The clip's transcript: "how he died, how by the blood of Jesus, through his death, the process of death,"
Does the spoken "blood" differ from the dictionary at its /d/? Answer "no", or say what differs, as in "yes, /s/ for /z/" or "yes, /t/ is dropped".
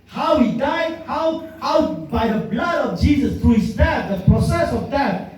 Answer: no